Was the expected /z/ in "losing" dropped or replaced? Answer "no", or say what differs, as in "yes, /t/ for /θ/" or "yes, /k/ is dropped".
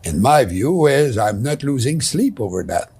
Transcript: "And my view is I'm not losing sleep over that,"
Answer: no